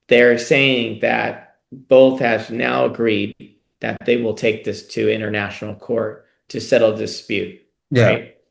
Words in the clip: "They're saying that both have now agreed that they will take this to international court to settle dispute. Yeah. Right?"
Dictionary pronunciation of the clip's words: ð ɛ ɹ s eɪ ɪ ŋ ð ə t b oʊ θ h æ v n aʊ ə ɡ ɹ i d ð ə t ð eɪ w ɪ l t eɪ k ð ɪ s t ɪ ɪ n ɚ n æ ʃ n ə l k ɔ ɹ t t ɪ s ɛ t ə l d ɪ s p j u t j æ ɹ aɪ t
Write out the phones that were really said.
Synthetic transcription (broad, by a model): ð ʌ ɹ s eɪ ɪ ŋ ð ə t b oʊ θ h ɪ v n aʊ ə ɡ ɹ i d ð ə t ð eɪ w ɪ l t eɪ k ð ɪ s t ɪ ɪ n ɚ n æ ʃ n l k ɔ ɹ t t ɪ s ɛ t l d ɪ s p j u t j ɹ aɪ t